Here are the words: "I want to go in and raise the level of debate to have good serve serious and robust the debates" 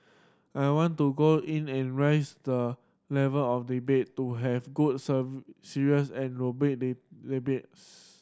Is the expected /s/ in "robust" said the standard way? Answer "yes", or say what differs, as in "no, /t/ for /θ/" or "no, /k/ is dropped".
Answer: no, /s/ is dropped